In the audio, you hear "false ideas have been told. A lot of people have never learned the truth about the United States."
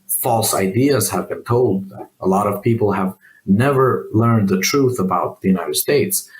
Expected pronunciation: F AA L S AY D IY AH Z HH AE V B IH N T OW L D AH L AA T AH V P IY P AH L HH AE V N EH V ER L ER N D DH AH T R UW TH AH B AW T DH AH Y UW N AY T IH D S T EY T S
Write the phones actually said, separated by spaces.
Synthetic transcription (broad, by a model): F AA L S AY D IY AH Z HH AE V B IH N T OW L D AH L AA T AH V P IY P L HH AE V N EH V ER L ER N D DH AH T R UW TH AH B AW T DH AH Y UW N AY T IH D S T EY T S